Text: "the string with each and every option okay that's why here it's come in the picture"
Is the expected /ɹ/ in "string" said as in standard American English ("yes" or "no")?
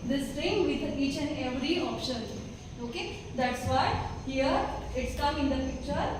no